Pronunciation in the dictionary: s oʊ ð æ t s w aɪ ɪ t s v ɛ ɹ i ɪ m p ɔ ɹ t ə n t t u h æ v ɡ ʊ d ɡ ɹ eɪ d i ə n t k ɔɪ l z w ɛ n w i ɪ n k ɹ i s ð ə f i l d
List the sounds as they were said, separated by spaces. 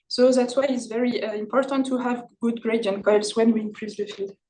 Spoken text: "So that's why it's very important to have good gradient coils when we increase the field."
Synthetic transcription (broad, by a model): s oʊ ð æ t s w aɪ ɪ t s v ɛ ɹ i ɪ m p ɔ ɹ t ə n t t u h æ v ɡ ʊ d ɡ ɹ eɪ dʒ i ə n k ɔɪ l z w ɛ n w i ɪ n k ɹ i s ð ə f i l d